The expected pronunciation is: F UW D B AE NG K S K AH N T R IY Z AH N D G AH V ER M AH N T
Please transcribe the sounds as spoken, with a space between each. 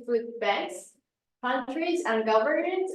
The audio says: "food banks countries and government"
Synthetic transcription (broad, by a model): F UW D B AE K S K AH N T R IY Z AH N G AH V ER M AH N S